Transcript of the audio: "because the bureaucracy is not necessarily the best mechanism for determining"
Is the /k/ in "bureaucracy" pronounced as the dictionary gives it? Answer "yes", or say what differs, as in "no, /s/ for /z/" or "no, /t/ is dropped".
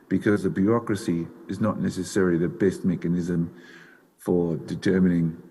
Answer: yes